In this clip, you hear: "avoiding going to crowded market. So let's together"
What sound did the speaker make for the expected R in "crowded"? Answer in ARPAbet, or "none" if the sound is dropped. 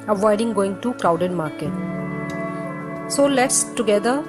L